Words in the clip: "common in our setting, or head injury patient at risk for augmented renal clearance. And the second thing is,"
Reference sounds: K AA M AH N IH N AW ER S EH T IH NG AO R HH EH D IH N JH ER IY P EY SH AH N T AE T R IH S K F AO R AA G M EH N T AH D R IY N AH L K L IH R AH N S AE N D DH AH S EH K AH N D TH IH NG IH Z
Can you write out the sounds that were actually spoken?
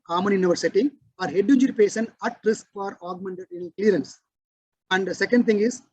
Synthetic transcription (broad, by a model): K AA M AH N IH N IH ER S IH T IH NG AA R HH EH D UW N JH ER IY P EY S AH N AE T R IH S K F AO R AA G M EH N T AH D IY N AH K L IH R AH N S AE N D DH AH S EH K AH N D T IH NG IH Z